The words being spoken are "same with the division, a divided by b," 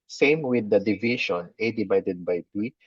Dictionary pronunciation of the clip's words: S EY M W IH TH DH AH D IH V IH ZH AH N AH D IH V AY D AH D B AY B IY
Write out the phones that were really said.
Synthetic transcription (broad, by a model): S EY M W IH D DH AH D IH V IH SH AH N AH D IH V AY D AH D B AY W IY